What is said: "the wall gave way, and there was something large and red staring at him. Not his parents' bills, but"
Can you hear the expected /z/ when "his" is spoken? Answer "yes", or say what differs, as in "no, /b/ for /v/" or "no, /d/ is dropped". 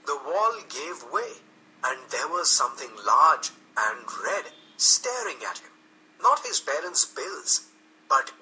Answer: yes